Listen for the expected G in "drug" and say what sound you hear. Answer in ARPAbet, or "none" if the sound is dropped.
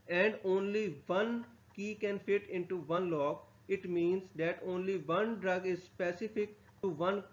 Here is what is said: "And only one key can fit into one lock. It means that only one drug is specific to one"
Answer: G